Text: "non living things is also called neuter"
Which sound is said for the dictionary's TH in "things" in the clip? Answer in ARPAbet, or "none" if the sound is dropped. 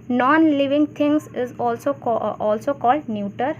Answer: T